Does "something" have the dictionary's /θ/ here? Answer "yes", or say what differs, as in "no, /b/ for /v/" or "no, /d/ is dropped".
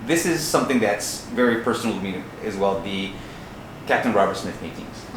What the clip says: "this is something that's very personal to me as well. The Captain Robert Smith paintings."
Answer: yes